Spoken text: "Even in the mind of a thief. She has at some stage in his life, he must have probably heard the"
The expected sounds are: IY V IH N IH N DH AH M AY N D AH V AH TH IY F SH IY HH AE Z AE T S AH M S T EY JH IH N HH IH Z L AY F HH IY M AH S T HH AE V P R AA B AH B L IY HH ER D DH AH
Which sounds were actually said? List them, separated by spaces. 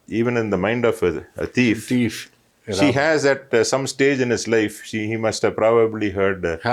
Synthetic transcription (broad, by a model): IY V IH N IH N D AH M AY N D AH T AH F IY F SH IY HH AE Z AE T S AH M S T EY JH IH N HH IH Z L AY F HH IY M AH S T HH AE V P R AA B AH B L IY HH ER D